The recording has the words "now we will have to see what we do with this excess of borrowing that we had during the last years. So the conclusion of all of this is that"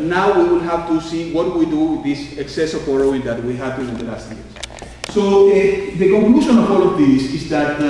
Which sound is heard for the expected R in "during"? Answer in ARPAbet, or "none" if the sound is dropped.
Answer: none